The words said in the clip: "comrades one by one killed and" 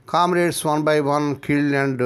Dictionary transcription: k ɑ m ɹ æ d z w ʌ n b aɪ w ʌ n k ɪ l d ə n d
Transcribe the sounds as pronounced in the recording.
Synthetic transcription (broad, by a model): k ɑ m ɹ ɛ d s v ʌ n b aɪ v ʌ n k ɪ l ə n d